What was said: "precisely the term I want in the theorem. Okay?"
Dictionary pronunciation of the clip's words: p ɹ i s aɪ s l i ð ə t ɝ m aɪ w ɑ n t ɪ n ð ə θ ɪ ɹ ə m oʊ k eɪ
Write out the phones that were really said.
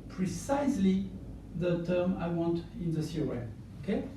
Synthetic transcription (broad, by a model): p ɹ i s aɪ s l i ð ə t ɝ m aɪ w ɑ n t ɪ n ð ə s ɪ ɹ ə oʊ k eɪ